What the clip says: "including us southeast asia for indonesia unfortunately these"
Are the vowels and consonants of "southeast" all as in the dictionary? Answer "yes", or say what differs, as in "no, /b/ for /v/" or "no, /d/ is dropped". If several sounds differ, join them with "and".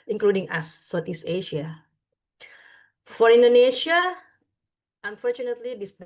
no, /t/ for /θ/ and /t/ is dropped